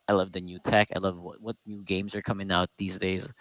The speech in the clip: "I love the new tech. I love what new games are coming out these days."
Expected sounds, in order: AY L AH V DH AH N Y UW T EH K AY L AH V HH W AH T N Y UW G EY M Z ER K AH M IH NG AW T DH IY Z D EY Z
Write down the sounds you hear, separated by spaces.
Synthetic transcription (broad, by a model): AY L AH V DH AH N Y UW T EH K AY L AH V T W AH T N Y UW G EY M Z ER K AH M IH NG AW T DH IY Z D EY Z